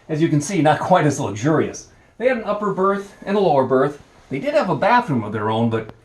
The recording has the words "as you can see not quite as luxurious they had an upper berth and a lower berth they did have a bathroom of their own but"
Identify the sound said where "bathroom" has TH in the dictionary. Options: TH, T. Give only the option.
TH